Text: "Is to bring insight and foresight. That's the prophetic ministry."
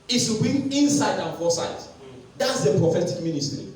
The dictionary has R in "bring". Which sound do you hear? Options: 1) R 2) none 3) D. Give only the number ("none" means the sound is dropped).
2